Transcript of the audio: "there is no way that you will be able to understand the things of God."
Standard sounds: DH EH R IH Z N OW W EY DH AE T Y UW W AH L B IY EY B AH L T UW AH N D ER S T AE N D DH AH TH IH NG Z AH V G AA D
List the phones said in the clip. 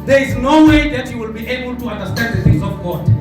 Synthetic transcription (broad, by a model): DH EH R IH Z N OW W EY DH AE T Y UW W AH L B IY EY B AH L T UW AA N D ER S T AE N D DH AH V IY Z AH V G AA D